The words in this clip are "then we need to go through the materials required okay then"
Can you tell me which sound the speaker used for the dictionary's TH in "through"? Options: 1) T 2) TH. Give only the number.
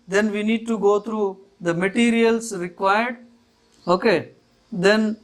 1